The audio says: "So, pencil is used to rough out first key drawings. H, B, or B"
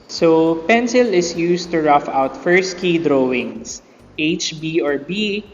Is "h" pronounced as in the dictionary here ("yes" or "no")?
yes